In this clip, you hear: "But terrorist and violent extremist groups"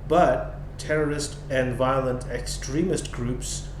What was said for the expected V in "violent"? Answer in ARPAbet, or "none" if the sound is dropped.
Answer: V